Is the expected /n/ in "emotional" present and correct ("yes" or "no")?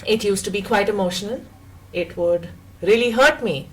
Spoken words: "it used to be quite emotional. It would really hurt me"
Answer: no